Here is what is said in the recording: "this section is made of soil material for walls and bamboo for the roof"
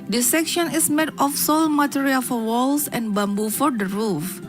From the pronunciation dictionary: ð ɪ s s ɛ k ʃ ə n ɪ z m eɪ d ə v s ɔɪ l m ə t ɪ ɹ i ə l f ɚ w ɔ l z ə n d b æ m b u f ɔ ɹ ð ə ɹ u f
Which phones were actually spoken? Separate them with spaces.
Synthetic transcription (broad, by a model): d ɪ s s ɛ k ʃ ə n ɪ s m eɪ d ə f s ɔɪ l m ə t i ɹ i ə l f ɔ w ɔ l s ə n b æ m b u f ɔ ɹ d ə ɹ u f